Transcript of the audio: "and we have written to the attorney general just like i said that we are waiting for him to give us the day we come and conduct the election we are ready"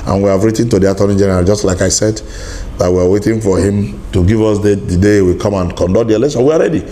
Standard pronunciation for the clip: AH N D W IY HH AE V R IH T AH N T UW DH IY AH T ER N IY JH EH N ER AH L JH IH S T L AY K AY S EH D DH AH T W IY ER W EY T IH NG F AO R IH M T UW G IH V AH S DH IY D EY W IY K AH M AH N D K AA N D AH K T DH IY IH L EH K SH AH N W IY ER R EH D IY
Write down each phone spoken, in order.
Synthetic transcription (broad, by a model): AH N W IY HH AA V R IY T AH N T UW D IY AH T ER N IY JH EH N ER AH L JH IH S T L AY K AY S EH D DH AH T W IY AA W EY T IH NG F AO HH IH M T UW G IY V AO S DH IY D EY W IY K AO M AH N K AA N D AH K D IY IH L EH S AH W IY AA R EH D IY